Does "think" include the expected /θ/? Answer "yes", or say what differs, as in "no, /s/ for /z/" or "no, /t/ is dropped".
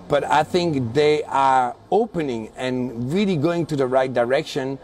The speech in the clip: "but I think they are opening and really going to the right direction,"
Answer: yes